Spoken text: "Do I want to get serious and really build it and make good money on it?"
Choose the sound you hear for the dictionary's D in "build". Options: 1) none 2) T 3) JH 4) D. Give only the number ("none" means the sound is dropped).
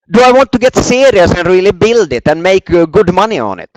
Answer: 4